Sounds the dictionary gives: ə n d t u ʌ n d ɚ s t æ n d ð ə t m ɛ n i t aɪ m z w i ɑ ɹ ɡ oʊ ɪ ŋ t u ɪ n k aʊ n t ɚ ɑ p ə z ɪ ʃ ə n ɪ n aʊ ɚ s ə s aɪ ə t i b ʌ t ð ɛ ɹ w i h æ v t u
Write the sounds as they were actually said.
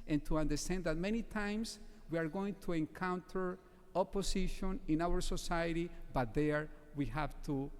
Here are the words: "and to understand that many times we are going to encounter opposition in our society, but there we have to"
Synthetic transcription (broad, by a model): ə n t u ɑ n d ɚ s t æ n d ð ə t m ɛ n i t aɪ m s w i ɑ ɹ ɡ oʊ ɪ ŋ t u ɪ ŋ k aʊ n t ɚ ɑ p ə s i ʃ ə n ɪ n aʊ ɚ s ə s aɪ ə t i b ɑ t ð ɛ ɹ w i h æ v t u